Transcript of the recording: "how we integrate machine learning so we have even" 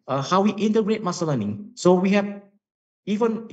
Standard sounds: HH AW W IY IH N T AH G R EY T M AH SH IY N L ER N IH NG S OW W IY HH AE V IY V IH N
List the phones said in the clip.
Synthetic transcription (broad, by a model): HH AW W IY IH N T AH G R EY T M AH S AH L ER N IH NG S OW W IY HH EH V IY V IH N